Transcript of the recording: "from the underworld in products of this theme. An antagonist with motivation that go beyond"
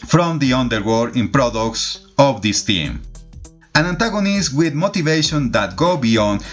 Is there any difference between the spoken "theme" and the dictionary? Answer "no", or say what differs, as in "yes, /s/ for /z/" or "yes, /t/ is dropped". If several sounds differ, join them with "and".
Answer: yes, /t/ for /θ/